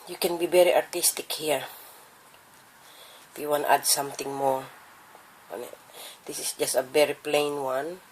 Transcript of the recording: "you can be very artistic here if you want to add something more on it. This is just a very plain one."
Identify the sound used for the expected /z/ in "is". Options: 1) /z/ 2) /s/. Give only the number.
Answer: 2